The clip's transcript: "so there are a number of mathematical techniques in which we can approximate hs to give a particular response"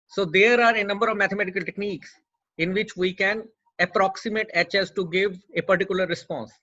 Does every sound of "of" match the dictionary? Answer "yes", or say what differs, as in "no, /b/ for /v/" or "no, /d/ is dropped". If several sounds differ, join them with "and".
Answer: yes